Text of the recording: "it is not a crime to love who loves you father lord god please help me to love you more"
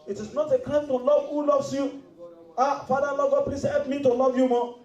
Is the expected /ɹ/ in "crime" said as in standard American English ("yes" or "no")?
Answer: no